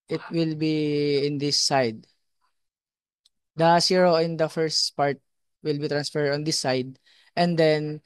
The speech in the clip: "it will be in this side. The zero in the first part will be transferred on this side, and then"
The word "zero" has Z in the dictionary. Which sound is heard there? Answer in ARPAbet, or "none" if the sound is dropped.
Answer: S